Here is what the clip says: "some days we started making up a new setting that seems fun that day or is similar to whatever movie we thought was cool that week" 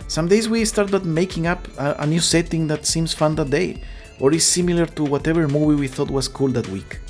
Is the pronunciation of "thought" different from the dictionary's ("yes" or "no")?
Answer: no